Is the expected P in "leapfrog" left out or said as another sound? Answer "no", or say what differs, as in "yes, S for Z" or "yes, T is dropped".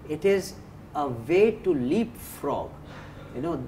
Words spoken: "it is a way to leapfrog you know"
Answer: no